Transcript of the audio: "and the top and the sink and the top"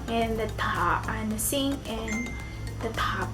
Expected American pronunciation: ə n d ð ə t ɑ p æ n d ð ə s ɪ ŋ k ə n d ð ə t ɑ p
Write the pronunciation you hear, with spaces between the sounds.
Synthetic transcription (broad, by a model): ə n ð ə t ɑ p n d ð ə s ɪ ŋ ə n ð ə t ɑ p